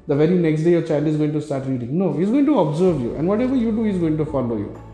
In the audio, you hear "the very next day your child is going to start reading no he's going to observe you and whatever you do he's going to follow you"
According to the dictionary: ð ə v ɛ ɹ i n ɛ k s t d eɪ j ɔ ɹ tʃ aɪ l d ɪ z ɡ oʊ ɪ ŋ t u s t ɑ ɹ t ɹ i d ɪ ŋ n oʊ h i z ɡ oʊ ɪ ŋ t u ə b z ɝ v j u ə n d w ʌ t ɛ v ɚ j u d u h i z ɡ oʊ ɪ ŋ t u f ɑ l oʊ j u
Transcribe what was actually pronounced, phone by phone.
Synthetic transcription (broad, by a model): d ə v ɛ ɹ i n ɛ k s t d eɪ j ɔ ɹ tʃ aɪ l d ɪ z ɡ oʊ ɪ ŋ t u s t ɑ ɹ t ɹ i d ɪ ŋ n oʊ h i z ɡ oʊ ɪ ŋ t u ə b z ɝ v j u ə n d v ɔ t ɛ v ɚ j u d u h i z ɡ oʊ ɪ ŋ t u f ɑ l oʊ j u